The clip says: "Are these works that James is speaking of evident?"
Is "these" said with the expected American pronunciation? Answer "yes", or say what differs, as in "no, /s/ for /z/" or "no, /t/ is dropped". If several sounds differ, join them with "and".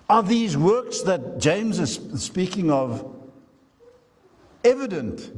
yes